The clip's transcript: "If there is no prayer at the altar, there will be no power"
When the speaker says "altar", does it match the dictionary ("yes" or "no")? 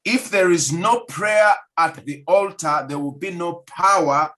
yes